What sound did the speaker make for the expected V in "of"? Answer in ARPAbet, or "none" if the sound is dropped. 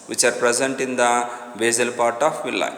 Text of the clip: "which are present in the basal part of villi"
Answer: P